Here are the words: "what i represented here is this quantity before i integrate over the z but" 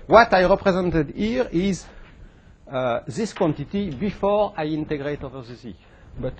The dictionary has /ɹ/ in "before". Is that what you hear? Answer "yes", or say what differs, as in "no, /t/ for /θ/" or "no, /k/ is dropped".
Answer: yes